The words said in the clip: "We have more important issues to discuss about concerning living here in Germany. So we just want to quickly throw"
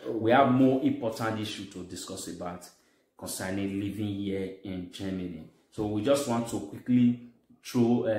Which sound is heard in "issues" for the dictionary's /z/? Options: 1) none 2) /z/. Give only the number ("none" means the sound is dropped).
1